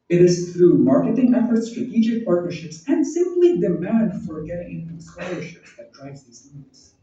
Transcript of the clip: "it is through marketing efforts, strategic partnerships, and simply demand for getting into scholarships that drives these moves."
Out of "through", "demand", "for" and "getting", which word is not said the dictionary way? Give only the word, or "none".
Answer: none